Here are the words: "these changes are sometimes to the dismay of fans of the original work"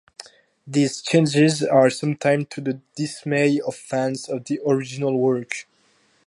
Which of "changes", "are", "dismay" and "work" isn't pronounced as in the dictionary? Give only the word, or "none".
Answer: none